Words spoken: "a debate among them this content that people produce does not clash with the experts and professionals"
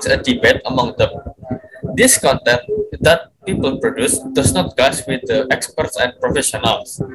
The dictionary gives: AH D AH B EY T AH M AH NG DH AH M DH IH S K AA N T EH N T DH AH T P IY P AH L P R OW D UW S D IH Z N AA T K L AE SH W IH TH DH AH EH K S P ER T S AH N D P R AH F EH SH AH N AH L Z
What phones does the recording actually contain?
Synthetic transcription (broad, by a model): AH D AH B EY T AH M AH NG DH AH M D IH S K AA N T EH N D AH T P IY P AH L P R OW D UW S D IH S N AA T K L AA S W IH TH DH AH EH K S P ER T S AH N P R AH F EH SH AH N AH L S